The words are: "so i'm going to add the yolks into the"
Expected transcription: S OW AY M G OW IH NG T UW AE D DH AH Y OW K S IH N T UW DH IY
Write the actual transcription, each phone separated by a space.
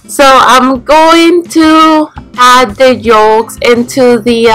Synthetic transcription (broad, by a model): S OW AY M G OW IH NG T UW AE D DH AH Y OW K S IH N T UW DH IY